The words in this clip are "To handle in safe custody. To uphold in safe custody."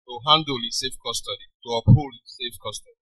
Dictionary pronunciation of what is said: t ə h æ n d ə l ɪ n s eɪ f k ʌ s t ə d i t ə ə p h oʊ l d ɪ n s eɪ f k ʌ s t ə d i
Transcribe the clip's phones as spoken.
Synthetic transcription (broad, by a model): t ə h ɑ n d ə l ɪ s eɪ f k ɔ s t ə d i t ə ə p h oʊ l ɪ s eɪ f k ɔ s t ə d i